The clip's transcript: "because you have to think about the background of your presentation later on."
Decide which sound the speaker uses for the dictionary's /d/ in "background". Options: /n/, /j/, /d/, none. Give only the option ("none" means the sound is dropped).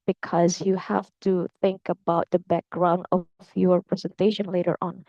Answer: /d/